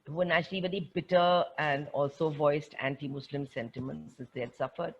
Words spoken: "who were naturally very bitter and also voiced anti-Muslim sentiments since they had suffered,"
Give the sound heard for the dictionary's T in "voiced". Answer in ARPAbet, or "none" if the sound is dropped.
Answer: T